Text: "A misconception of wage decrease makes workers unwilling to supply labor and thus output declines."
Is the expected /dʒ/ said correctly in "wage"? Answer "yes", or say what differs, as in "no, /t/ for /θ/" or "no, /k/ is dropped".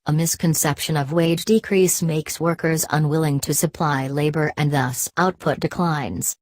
yes